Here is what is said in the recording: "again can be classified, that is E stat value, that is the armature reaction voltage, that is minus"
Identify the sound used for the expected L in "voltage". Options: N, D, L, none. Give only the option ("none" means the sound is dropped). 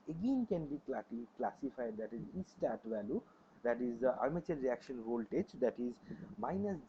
L